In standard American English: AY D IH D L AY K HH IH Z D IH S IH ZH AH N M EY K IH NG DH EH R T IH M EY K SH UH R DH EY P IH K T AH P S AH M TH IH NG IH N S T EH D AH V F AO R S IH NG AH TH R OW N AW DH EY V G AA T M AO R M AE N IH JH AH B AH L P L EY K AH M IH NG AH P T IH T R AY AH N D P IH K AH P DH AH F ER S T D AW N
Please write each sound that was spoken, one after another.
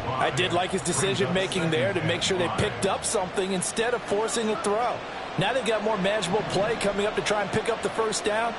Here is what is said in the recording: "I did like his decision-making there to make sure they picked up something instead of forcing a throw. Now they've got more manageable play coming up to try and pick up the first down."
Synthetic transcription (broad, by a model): AY D IH D L AY K HH IH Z D IH S IH ZH AH N M EY K IH NG DH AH R T IH M EY K SH UH R DH EY P IH K T AH P S AH M TH IH NG IH N S T EH D AH V F AO R S IH NG AH TH R OW N AW DH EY G AA T M AO R M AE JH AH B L P L EY K AH M IH NG AH P T IH T R AY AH N P IH K AH P DH AH F ER S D AW N